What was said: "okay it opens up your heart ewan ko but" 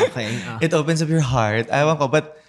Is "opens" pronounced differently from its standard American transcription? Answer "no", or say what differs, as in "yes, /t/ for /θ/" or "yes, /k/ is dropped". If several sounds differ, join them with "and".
yes, /s/ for /z/